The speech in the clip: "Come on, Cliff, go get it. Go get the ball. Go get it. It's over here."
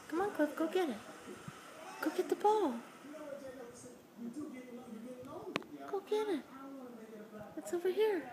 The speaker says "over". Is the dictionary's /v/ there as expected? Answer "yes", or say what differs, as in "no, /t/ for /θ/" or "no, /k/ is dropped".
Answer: yes